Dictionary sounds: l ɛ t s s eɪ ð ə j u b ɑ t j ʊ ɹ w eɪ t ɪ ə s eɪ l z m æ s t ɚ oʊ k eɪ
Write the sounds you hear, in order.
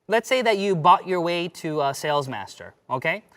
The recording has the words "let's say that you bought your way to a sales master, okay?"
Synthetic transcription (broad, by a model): l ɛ t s s eɪ ð ə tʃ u b ɑ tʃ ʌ ɹ w eɪ t ɪ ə s eɪ l z m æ s t ɚ oʊ k eɪ